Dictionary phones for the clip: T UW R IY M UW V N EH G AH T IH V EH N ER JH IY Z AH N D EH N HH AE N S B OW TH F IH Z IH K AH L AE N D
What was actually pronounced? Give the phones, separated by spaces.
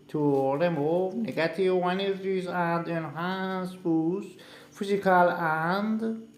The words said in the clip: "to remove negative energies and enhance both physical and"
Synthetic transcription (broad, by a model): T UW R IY M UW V N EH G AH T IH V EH N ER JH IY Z AH N D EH N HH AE N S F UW S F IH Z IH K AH L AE N D